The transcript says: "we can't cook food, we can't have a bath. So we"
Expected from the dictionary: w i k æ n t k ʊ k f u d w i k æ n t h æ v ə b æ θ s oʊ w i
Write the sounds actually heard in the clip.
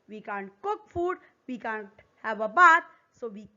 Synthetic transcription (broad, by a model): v i k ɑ n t k ʊ k f u d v i k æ n t h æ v ə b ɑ t s oʊ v i